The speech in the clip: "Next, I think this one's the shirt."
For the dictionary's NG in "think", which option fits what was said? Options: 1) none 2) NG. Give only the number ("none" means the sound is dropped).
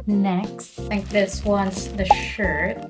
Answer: 1